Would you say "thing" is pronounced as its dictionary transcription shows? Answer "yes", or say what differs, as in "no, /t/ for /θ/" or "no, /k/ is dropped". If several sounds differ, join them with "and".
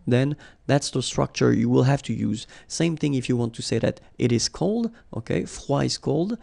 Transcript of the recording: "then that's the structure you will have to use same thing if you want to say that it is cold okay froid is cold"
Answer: yes